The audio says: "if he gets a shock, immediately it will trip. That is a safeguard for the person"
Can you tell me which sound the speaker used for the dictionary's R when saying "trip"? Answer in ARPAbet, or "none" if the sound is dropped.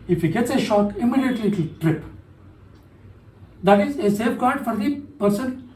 R